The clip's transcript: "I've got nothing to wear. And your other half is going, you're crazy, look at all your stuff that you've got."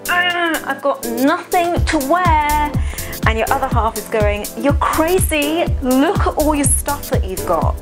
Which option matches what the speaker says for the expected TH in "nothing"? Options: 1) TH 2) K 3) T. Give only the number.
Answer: 1